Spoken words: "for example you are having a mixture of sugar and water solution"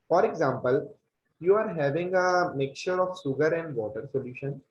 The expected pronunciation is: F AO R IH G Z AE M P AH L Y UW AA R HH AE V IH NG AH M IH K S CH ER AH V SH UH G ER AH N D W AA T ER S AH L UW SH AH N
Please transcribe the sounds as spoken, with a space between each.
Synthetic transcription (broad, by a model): F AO R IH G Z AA M P AH L Y UW AA R HH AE V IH NG AH M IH K CH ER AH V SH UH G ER AH N D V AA T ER S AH L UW SH AH N